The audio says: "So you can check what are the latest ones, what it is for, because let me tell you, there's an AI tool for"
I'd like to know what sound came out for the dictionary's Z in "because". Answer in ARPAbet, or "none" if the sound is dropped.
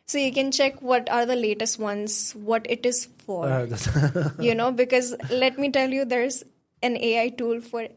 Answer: Z